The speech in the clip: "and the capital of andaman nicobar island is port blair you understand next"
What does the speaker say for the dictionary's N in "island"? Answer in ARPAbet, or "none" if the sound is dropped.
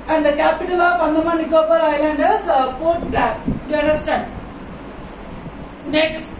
N